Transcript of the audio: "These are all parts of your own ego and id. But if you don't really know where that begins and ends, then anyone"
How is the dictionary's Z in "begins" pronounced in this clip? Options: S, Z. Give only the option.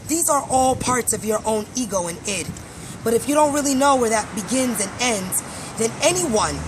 Z